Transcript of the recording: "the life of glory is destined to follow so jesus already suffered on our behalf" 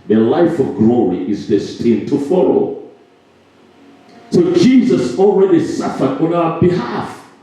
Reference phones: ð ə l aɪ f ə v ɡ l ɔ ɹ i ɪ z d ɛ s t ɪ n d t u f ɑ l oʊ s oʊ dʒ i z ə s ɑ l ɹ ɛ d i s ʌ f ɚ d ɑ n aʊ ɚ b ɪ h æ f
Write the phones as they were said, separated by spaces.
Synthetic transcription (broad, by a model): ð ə l aɪ f ə v ɡ l ɔ ɹ i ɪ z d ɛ s t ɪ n t u f ɑ l oʊ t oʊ dʒ i z ə s ɑ l ɹ ɛ d i s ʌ f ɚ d ɑ n aʊ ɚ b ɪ h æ f